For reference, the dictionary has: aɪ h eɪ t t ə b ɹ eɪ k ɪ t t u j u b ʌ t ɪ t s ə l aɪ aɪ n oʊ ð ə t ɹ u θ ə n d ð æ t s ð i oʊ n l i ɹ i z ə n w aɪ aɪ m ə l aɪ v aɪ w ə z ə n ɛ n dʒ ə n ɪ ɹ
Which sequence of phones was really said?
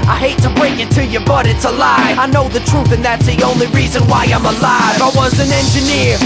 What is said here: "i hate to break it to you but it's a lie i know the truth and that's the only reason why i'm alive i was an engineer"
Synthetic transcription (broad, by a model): aɪ h eɪ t t ə b ɹ eɪ k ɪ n t u j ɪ b ʌ t ɪ t s ə l aɪ aɪ n oʊ ð ə t ɹ u θ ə n ð æ t s ð i oʊ n l i ɹ i z ə n w aɪ aɪ m ə l aɪ v aɪ w ə z ə n ɛ n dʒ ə n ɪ ɹ